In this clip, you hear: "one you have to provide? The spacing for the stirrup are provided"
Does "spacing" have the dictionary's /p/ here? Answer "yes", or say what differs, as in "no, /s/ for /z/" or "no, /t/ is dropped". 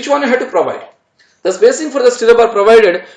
no, /b/ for /p/